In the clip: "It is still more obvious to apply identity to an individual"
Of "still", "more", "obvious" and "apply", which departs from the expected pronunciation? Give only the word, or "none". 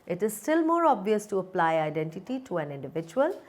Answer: none